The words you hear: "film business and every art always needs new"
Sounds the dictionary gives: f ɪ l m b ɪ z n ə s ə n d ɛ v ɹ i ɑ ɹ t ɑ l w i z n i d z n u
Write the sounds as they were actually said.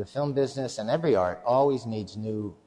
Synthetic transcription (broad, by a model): f ɪ l m b ɪ z n ə s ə n ɛ v ɹ i ɑ ɹ t ɑ l w i z n i d z n u